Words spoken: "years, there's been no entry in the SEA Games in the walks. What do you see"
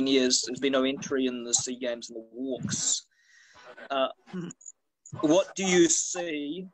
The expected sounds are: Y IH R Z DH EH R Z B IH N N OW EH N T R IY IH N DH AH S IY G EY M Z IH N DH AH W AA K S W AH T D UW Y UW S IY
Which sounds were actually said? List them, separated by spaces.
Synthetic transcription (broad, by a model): Y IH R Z DH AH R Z B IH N N OW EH N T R IY IH N DH AH S IY G EY M Z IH N DH AH W AA K S W AH T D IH Y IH S IY